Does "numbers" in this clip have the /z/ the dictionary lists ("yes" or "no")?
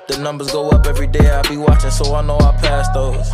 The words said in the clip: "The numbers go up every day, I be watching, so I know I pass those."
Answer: yes